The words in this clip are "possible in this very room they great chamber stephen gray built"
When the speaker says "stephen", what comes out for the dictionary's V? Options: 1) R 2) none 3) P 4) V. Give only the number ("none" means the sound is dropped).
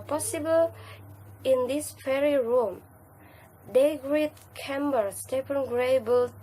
3